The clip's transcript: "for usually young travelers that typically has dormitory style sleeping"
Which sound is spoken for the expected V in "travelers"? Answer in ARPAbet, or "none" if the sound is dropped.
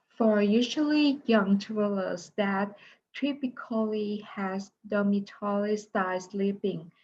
none